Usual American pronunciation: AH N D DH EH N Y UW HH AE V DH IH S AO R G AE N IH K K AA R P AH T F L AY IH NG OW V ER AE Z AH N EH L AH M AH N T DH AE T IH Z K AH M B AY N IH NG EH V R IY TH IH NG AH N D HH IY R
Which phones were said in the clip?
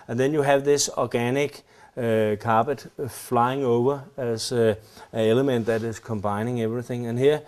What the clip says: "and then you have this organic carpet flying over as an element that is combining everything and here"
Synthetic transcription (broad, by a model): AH N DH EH N Y UW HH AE V DH IH S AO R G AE N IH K K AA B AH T F L AY IH NG OW V ER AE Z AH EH L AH M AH N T DH AE T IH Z K AH M B AY N IH NG EH V R IY TH IH NG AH N HH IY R